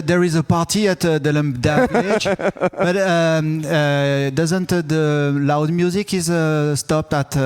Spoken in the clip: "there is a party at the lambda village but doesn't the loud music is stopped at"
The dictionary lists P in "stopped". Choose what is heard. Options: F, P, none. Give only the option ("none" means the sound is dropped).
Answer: P